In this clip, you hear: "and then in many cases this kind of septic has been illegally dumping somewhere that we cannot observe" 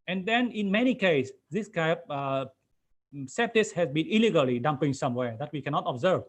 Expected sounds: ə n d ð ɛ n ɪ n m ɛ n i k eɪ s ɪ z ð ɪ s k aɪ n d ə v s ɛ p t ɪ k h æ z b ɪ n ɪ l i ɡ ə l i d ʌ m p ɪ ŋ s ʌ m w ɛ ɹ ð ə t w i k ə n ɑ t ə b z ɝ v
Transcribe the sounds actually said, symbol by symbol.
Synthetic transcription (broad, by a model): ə n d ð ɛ n ɪ n m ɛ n i k eɪ ɪ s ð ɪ s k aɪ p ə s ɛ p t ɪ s h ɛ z b ɪ n ɪ l i ɡ ə l i d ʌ m p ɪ ŋ s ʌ m w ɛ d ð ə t w i k ə n ɑ t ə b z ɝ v